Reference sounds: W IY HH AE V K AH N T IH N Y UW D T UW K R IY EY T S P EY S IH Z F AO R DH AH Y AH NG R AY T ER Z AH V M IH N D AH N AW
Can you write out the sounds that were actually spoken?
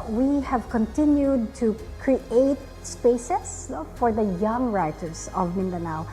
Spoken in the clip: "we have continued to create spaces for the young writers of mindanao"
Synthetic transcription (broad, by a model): W IY HH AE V K AH N T IH N Y UW D T UW K R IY EY T S P EY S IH S F AO R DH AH Y AH NG R AY T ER S AH V M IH N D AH N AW